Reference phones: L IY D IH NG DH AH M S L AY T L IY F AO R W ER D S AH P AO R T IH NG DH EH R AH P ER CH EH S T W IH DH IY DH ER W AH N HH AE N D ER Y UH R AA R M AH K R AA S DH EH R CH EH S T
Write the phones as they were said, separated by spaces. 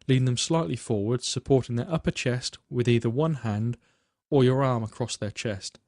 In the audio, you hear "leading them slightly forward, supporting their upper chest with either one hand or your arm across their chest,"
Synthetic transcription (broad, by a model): L IY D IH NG DH AH M S L AY T L IY F AO R W ER D S AH P AO R T IH NG DH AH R AH P ER CH EH S T W IH DH IY DH ER W AH N HH AE N D ER Y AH R AA R M AH K R AA S DH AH R CH EH S T